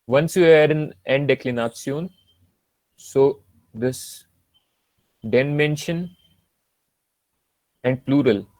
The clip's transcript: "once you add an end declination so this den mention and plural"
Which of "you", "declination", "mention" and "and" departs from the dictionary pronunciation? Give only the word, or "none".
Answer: declination